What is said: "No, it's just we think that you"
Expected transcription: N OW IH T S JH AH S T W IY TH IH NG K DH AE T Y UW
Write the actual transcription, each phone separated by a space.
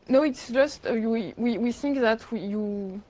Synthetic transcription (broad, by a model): N OW IH T S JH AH S T W IY TH IH NG K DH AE T Y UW